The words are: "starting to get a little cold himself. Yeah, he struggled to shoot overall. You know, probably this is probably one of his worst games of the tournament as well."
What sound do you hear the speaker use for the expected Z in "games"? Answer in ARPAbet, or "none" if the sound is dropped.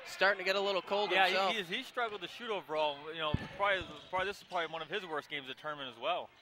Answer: Z